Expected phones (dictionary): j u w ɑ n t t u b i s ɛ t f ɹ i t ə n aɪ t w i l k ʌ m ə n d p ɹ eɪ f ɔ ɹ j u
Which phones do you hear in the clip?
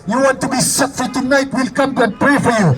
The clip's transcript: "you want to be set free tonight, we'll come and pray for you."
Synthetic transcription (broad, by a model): j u w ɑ n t t u b i s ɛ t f i t ə n aɪ t w i l k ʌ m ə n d p ɹ eɪ f ɔ ɹ j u